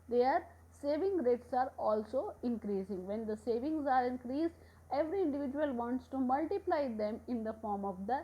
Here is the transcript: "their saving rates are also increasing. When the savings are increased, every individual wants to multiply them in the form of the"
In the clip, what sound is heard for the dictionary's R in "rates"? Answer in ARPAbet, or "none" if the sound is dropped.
R